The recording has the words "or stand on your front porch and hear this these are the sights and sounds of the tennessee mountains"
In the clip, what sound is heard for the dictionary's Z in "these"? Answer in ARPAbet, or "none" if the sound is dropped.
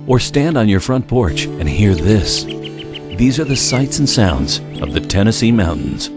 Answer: Z